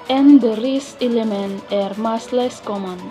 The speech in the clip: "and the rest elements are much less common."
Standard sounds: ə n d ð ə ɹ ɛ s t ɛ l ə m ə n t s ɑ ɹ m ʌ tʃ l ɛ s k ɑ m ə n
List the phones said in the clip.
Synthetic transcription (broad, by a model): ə n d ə ɹ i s ɛ l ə m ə n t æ ɹ m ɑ s l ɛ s k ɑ m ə n